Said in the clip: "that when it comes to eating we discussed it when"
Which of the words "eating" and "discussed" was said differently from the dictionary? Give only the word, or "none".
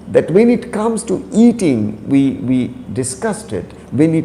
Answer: none